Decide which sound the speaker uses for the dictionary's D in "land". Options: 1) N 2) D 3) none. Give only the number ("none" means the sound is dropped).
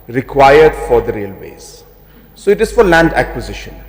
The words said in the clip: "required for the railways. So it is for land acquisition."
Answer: 2